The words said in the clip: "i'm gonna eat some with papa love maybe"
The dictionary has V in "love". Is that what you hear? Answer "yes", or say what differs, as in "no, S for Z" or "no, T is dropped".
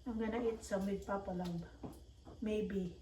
no, B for V